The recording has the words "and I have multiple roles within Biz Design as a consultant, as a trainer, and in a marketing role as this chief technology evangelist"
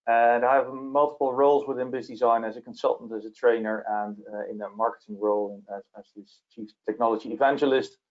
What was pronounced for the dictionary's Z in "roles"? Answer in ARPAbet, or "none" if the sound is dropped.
Z